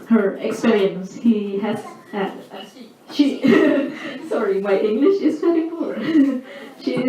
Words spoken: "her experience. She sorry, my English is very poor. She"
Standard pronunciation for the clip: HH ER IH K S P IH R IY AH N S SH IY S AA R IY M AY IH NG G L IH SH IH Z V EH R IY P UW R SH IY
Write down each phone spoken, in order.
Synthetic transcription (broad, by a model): HH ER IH K S P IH R IY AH N S SH IY S AA R IY M AY IH NG G L IH SH IH Z P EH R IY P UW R SH IY